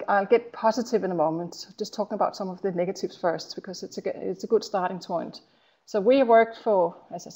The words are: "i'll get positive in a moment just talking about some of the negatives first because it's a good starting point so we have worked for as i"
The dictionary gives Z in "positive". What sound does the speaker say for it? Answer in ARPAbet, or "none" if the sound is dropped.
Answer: Z